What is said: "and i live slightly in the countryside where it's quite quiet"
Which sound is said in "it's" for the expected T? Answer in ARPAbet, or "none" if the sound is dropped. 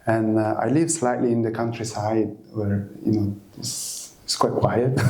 S